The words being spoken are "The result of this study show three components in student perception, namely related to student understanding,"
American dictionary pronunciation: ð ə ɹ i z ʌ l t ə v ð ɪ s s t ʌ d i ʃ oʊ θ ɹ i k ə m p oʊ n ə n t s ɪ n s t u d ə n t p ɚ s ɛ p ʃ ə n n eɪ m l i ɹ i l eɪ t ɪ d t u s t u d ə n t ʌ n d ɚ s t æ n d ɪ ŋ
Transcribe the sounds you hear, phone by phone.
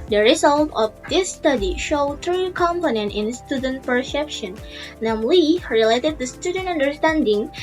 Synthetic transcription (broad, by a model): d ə ɹ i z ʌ l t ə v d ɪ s s t ʌ d i ʃ oʊ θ ɹ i k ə m p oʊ n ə n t ɪ n s t u d ə n t p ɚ s ɛ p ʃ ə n n eɪ m l i ɹ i l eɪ t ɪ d t u s t u d ə n t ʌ n d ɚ s t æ n d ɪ ŋ